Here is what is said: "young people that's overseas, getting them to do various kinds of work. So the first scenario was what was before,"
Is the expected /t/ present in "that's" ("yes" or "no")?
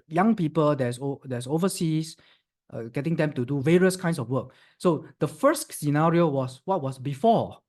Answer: no